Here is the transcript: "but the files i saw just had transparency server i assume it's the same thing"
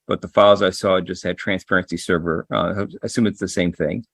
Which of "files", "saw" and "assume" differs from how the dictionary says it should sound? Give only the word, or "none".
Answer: none